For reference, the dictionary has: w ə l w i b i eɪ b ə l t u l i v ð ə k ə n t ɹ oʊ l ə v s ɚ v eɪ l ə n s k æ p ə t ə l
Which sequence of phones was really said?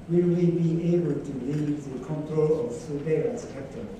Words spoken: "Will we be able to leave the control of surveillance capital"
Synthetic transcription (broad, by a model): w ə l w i b i eɪ b ə l t u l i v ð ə k ə n t ɹ oʊ l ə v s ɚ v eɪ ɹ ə s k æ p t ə